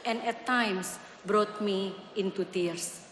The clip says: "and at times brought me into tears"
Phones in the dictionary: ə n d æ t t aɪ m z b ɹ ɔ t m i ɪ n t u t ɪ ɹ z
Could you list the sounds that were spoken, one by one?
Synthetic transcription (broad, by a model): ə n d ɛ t t aɪ m s b ɹ ɔ t m i ɪ n t u t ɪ ɹ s